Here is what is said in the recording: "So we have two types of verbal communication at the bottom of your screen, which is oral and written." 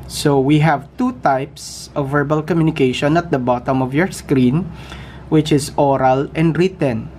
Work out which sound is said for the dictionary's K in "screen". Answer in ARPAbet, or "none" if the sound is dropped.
K